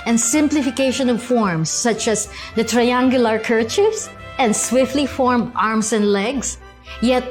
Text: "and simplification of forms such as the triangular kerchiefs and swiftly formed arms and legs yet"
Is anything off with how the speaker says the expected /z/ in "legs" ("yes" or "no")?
yes